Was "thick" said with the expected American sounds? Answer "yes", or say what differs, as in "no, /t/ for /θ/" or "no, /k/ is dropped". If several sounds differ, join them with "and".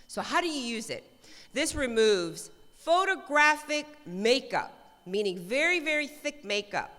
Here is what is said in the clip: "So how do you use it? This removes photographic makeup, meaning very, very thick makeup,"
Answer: yes